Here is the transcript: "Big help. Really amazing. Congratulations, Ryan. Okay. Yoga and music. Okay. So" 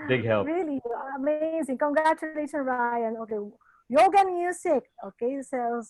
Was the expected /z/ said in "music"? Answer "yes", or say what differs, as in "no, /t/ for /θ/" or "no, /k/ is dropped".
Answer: no, /s/ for /z/